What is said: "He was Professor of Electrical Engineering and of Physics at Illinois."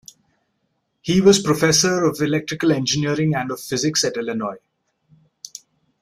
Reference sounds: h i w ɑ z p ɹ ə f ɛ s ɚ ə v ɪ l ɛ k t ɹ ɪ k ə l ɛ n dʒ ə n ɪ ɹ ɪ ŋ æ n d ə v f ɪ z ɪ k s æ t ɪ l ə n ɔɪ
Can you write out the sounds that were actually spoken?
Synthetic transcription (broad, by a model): h i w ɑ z p ɹ ə f ɛ s ɚ ə v ɪ l ɛ k t ɹ ɪ k ə l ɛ n dʒ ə n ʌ ɹ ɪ ŋ æ n d ə v f ɪ z ɪ k s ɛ t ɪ l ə n ɔɪ